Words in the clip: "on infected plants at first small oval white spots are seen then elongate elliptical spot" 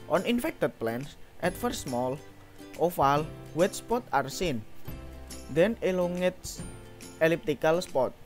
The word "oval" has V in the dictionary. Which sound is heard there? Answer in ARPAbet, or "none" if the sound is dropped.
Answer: F